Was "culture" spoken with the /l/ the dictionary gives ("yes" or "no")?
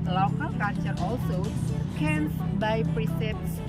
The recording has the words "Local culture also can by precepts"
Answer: no